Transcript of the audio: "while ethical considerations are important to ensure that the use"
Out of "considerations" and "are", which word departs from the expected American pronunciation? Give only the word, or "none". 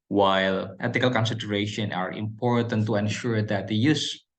considerations